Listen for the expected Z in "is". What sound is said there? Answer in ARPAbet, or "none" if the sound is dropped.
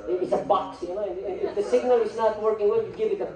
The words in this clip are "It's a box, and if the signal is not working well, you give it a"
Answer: Z